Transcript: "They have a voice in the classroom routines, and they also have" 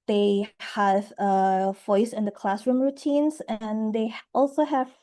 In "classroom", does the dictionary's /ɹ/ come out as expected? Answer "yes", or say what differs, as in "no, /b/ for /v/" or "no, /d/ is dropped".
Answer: yes